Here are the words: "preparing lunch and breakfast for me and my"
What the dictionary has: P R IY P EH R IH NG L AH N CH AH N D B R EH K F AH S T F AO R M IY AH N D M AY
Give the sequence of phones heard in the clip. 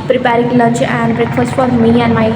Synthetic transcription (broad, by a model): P R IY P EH R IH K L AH CH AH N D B R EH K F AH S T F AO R M IY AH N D M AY